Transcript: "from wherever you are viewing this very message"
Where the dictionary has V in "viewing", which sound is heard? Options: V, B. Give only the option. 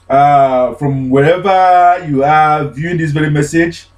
V